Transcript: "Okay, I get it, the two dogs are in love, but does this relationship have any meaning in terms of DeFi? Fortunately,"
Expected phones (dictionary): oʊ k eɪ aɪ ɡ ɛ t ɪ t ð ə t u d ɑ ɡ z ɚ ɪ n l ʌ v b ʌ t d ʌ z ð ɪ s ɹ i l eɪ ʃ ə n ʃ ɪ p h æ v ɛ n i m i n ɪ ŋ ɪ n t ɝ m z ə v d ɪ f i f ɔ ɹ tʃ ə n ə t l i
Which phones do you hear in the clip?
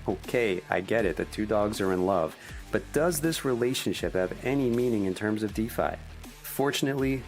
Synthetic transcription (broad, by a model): oʊ k eɪ aɪ ɡ ɛ t ɪ t ð ə t u d ɑ ɡ z ɚ ɪ n l ʌ v b ʌ t d ʌ z ð ɪ s ɹ i l eɪ ʃ ə n ʃ ɪ p h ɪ v ɛ n i m i n ɪ ŋ ɪ n t ɝ m z ə v d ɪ f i f ɔ ɹ tʃ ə n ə t l i